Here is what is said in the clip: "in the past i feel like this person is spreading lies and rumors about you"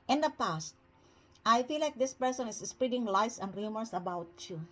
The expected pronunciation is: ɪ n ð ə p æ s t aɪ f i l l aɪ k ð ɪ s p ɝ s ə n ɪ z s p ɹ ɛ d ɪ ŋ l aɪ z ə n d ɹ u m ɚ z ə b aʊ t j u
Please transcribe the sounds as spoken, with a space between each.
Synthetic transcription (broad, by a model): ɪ n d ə p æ s t aɪ f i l l aɪ k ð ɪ s p ɝ s ə n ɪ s s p ɹ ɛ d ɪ ŋ l aɪ s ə n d ɹ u m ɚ s ə b aʊ t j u